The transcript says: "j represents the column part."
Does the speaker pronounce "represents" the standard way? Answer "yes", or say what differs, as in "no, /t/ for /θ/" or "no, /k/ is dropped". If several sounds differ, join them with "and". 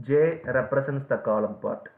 no, /s/ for /z/